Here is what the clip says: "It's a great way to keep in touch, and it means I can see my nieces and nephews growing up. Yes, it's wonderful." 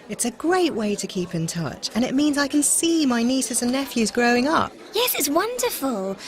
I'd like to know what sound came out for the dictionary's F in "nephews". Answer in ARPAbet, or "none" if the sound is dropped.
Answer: F